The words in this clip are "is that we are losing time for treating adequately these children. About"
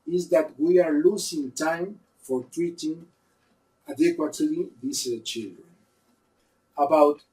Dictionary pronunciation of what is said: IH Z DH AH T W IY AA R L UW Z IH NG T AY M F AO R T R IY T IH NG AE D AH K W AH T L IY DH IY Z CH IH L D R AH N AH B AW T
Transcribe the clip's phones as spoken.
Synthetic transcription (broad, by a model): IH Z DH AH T W IY AA R L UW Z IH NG T AY M F AO R T R IY T IH NG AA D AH K W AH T L IY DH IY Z CH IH L D R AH N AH B AW T